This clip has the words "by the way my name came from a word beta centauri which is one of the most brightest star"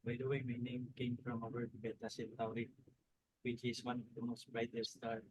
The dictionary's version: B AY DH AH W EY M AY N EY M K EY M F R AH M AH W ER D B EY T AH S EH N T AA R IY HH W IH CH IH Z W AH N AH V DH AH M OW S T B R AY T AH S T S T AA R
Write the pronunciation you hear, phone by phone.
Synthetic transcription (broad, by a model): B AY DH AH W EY M AY N EY M K EY M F R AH M AH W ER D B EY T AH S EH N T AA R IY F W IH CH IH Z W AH N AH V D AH M OW S T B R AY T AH T S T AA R